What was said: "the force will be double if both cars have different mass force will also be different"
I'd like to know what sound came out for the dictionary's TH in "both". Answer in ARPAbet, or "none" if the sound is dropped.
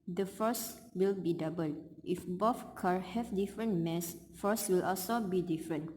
F